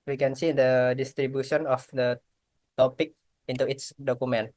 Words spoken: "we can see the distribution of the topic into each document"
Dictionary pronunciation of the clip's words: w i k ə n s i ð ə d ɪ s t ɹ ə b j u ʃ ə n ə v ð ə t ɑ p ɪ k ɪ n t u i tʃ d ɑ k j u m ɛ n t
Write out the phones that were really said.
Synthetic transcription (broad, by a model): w i k ə n s i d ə d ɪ s t ɹ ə b j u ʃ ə n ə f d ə t ɑ p ɪ k ɪ n t u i s d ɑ k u m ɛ n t